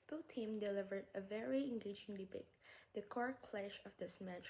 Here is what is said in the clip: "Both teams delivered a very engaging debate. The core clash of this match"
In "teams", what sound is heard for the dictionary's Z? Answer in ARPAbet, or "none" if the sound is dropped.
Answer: none